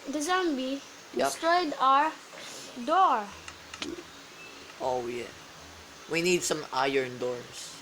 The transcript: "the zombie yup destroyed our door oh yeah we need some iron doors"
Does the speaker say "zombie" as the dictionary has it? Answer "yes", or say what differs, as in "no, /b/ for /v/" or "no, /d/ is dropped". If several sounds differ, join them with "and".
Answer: yes